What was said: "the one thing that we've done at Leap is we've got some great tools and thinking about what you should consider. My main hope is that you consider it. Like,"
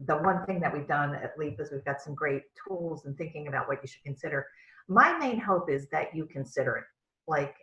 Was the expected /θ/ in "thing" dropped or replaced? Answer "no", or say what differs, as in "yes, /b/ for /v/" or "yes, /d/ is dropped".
no